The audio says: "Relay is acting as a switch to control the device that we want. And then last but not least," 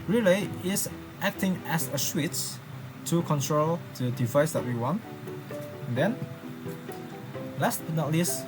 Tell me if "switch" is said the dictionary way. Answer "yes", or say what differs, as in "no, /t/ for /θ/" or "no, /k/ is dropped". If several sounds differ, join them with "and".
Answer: no, /s/ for /tʃ/